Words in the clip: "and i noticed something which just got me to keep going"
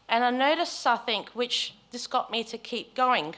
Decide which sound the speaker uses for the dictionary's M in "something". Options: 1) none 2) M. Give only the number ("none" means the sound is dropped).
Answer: 1